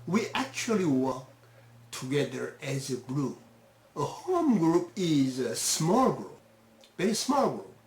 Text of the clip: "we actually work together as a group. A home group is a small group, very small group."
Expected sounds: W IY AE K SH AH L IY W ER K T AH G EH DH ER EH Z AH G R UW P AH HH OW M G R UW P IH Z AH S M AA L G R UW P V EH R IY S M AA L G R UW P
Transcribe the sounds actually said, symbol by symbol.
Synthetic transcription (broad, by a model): W IY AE K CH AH L IY W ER K T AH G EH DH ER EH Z AH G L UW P AH HH OW M G R UW P IH Z AH S M AA L G R UW P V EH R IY S M AA L G R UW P